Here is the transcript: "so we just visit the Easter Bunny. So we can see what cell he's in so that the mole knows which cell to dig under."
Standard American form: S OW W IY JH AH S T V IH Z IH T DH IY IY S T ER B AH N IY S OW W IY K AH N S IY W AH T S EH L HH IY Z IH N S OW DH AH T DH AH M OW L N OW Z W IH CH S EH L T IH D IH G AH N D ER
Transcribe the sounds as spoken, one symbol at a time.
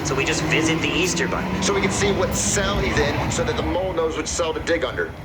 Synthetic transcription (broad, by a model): S OW W IY JH AH S T V IH Z IH T DH IY IY S T ER B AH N S OW W IY K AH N S IY W AH T S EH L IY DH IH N S OW DH AH T DH AH M OW L N OW Z W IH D S EH L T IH D IH G AH N D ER